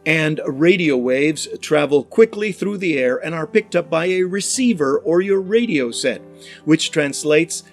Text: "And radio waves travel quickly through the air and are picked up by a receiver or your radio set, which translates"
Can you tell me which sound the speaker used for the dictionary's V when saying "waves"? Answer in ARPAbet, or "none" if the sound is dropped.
V